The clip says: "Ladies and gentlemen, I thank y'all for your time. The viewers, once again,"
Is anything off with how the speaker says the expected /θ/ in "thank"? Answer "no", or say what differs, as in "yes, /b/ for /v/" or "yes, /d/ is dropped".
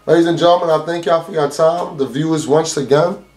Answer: no